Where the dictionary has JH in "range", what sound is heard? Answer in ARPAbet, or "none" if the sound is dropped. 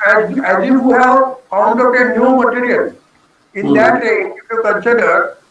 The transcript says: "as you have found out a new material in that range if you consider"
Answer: none